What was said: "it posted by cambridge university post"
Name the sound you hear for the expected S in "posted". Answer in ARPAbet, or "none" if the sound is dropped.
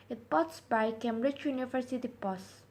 none